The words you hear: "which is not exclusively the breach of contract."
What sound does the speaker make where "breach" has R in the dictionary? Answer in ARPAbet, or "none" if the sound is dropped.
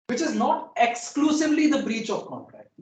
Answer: R